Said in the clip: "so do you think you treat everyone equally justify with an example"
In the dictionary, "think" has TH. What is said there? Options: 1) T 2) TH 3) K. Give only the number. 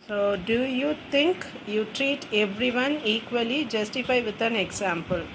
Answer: 1